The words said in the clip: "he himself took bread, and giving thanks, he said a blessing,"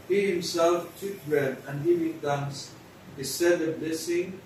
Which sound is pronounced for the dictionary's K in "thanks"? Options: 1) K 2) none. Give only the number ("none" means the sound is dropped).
2